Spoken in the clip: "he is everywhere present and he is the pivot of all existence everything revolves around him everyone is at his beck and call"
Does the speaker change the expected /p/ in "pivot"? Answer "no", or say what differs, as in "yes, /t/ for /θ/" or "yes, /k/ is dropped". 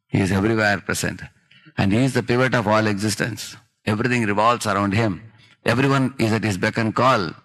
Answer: no